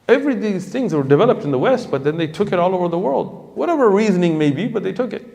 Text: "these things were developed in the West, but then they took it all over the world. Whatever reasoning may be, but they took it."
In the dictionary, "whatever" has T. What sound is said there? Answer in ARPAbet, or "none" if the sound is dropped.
T